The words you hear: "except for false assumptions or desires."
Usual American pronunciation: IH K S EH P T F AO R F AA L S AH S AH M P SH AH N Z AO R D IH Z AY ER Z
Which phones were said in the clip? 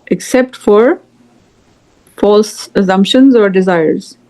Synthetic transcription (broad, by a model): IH K S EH P T F AO R F AA L S AH S AH M P SH AH N Z AO R D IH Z AY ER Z